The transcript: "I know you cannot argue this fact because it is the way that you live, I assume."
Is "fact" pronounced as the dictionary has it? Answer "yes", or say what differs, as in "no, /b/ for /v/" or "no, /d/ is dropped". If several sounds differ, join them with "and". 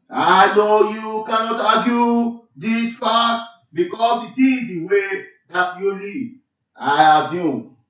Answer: no, /p/ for /f/ and /k/ is dropped